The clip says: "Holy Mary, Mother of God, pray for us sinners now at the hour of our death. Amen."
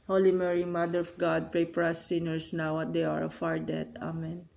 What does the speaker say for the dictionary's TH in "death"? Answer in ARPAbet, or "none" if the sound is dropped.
T